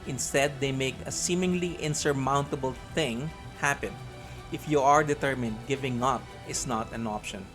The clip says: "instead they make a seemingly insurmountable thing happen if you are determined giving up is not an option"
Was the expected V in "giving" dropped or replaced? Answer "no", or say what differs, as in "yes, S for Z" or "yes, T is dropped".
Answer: no